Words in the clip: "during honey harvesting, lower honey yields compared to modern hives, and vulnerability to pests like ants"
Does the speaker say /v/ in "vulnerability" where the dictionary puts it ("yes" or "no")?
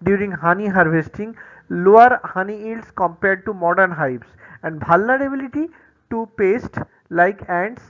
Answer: no